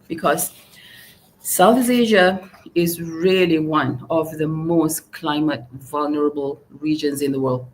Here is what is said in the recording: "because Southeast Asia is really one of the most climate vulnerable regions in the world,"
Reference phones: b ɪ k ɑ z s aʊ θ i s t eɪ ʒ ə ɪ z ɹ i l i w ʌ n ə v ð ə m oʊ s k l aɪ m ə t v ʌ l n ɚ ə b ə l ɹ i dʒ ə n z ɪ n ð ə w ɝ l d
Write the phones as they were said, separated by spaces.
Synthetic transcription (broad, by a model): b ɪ k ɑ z s aʊ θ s eɪ ʒ ə ɪ z ɹ i l i w ʌ n ə v ð ə m oʊ s k l aɪ m ə t v ʌ l n ɚ ə b ə l ɹ i dʒ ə n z ɪ n ð ə w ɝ l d